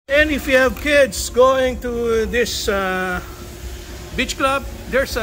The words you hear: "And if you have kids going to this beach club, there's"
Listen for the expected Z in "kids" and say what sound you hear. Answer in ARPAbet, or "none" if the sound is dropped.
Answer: S